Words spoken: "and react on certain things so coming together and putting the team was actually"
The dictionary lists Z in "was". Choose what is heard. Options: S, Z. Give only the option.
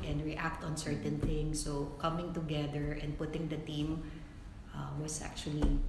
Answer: S